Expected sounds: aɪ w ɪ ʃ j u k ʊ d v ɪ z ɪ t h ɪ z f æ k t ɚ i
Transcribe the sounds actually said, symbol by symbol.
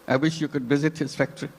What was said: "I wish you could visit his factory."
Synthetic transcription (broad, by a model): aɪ w ɪ ʃ j u k ʊ d v ɪ z ɪ t h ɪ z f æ k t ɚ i